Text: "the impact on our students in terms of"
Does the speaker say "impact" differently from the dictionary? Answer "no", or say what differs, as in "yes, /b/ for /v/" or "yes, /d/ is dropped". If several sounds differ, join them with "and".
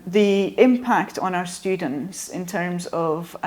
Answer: no